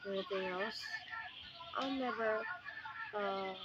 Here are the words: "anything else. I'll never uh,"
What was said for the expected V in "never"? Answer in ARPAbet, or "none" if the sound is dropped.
V